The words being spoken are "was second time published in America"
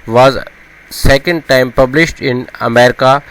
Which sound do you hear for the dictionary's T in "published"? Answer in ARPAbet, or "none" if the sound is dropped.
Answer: T